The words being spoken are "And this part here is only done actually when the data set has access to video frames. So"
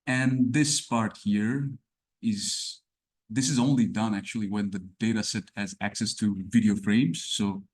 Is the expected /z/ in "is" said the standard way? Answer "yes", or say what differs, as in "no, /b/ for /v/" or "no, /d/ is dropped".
yes